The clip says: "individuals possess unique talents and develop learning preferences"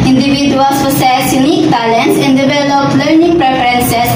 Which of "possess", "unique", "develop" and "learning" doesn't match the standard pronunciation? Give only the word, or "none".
possess